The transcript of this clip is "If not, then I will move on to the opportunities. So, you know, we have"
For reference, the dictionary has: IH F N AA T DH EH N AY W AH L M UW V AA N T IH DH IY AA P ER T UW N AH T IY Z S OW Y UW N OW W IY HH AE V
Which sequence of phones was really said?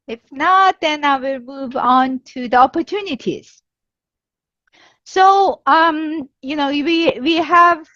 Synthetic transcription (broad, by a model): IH F N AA T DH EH N AY W AH L M UW V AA N T IH DH IY AA P ER T UW N AH T IY Z S OW Y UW N OW W IY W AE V